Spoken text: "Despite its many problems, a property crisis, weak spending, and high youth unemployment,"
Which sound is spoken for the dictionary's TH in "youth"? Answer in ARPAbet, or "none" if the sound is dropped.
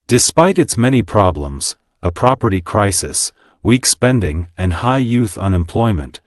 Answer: TH